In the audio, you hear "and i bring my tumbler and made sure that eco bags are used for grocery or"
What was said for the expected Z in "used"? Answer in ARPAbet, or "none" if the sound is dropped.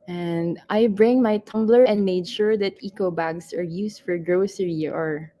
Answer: S